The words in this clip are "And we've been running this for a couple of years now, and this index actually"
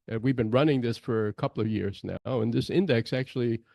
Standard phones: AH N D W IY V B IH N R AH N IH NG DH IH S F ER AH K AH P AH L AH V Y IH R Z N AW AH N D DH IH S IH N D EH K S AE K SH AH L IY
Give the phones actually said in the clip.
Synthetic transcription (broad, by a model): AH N W IY V B IH N R AH N IH NG DH IH S F ER AH K AH P L AH V Y IH R Z N AW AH N DH IH S IH N D EH K S AE K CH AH L IY